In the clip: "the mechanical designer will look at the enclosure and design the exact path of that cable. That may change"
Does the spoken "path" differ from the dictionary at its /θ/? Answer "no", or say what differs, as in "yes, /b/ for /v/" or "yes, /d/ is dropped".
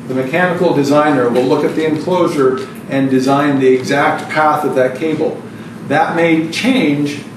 no